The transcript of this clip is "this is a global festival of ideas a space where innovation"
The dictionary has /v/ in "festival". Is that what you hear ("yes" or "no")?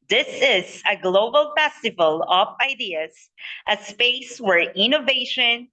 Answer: yes